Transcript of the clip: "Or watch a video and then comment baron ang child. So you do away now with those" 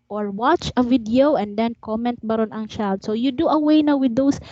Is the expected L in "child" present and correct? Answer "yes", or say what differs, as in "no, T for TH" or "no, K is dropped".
no, L is dropped